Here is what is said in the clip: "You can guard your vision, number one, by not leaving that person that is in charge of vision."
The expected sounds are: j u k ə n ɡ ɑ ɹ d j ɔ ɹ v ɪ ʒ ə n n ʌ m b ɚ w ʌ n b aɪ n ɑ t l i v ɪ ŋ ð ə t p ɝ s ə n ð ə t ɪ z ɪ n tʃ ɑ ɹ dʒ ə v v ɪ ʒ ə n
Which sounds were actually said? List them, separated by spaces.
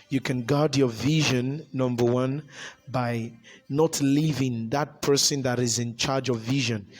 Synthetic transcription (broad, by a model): j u k ə n ɡ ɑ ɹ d j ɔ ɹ v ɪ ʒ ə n n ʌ m b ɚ w ʌ n b aɪ n ɑ t l i v ɪ ŋ ð ə t p ɝ s ə n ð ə t ɪ z ɪ n tʃ ɑ ɹ dʒ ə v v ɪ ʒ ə n